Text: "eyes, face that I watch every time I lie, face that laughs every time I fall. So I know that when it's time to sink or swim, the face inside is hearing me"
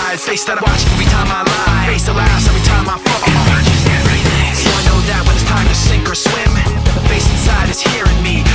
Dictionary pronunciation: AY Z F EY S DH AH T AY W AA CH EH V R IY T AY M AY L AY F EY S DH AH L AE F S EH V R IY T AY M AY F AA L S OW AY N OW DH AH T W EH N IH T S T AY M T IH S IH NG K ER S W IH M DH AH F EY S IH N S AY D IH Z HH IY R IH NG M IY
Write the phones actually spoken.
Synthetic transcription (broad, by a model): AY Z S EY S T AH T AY W AA CH EH V R IY T AY M AY L AY F EY S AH L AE S EH V R IY T AY M AY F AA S S OW AY N OW DH AH T W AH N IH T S T AY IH T IH S IH NG K ER S W IH M DH AH F EY S IH N S AY D IH Z HH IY R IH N M IY